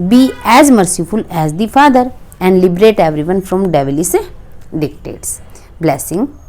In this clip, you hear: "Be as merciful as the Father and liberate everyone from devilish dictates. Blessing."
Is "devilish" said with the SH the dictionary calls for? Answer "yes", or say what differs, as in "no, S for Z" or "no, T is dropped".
no, S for SH